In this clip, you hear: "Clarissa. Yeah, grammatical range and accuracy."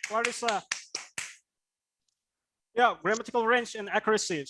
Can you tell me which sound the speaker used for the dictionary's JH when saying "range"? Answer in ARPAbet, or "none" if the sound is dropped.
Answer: CH